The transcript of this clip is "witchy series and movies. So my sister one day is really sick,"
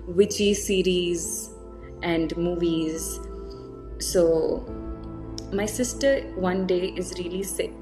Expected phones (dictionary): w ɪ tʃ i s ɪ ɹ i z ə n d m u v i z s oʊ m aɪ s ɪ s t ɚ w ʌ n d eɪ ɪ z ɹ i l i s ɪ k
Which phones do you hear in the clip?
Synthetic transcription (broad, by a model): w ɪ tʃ i s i ɹ i z ə n d m u v i z s oʊ m aɪ s ɪ s t ɚ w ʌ n d eɪ ɪ z ɹ i l i s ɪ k